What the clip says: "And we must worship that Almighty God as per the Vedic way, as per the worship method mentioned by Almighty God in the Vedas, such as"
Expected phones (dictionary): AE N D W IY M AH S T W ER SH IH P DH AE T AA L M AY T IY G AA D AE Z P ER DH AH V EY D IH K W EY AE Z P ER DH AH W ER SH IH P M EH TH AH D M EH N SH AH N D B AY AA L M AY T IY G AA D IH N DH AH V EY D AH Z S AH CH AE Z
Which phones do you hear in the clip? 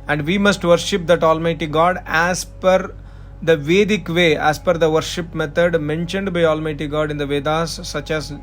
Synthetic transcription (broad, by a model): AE N D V IY M AH S T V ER SH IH P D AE T AA L M AY T IY G AA D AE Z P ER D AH V EY D IH K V EY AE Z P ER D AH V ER SH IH P M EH T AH D M EH N SH AH N D B AY AA L M AY T IY G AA D IH N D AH V EY D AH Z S AH CH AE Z